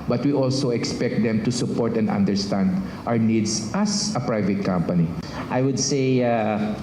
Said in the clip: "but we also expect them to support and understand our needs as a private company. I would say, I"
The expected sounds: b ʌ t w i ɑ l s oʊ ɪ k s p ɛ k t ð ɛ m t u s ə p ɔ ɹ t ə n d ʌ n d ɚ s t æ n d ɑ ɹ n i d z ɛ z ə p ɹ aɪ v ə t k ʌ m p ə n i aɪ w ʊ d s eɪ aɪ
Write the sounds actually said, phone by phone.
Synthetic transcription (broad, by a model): b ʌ t w i ɑ l s oʊ ɪ k s p ɛ k t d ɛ m t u s ə p ɔ ɹ t ə n d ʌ n d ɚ s t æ n d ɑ w n i d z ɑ s ə p ɹ aɪ v ə t k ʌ m p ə n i aɪ w ʊ d s eɪ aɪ